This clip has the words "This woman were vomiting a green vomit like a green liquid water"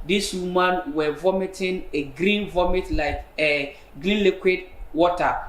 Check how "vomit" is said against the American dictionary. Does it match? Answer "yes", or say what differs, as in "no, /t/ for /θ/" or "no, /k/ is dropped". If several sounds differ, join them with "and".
yes